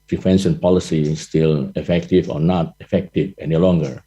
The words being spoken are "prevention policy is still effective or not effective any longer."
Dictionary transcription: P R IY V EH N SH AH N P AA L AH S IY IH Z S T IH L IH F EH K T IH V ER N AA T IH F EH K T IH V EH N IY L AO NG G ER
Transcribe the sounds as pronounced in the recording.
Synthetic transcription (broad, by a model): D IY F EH N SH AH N P AA L AH S IY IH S T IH L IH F EH K T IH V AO N AA T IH F EH K T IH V EH N IY L AO NG G ER